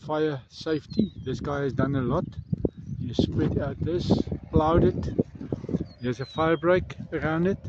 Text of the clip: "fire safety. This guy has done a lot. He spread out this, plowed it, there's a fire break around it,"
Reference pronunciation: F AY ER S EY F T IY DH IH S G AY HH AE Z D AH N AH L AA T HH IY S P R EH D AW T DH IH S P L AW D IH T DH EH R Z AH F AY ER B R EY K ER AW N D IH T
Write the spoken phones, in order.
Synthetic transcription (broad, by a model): F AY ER S EY F T IY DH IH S G AY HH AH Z D AH N AH L AA T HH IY S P W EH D AW T DH IH S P L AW D IH T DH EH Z AH F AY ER B R EY K ER AW N D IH T